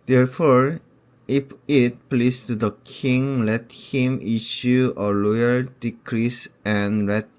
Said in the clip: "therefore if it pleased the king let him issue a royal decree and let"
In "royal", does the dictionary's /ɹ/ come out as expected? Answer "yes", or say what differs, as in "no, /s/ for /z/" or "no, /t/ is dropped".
no, /l/ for /ɹ/